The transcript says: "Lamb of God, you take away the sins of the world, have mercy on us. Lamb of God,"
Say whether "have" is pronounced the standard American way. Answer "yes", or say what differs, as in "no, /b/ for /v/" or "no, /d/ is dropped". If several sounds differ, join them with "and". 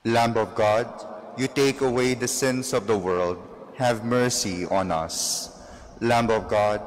yes